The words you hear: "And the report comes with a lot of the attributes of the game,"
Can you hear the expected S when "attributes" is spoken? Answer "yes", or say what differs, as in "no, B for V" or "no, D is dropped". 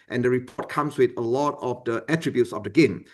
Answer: yes